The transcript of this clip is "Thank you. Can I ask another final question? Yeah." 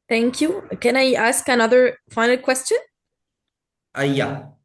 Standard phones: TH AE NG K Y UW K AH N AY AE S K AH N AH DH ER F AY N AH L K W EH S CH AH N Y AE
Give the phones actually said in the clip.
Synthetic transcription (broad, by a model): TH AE NG K Y UW K AH N AY AE S K AH N AH DH ER F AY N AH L K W EH S CH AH N Y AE